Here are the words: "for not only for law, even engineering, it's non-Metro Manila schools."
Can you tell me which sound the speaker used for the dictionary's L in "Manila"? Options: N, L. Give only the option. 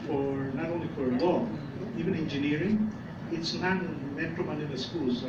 N